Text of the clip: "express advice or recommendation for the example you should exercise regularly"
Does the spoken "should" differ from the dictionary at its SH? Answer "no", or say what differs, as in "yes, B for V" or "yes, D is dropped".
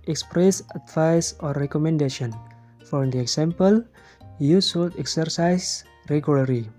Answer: yes, S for SH